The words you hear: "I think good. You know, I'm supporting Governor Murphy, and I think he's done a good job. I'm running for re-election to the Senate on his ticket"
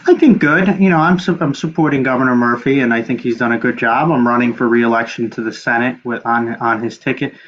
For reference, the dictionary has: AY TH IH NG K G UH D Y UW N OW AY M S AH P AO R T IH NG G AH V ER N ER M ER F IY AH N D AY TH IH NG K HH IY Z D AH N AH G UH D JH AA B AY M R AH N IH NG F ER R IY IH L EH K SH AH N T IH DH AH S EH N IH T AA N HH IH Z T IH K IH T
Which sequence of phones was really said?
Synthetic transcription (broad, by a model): AY TH IH NG K G UH D Y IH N OW AY M S AH P AO R T IH NG G AH V ER N ER M ER F IY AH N AY TH IH NG K HH IY Z D AH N AH G UH D JH AA B AY M R AH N IH NG F ER R IY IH L EH K SH N T IH DH AH S EH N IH T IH N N IH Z T IH K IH T